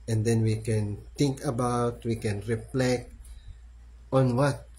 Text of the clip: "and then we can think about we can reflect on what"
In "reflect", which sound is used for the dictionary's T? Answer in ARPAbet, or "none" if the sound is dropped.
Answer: none